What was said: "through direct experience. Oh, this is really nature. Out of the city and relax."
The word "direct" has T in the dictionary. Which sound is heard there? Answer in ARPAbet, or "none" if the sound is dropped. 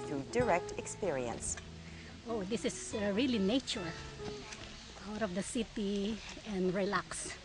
T